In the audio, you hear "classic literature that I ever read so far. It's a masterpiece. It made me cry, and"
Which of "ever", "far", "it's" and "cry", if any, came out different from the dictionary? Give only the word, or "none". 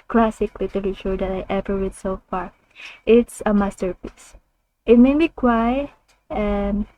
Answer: cry